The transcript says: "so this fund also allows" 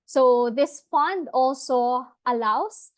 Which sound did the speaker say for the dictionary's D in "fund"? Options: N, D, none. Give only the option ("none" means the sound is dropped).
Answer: D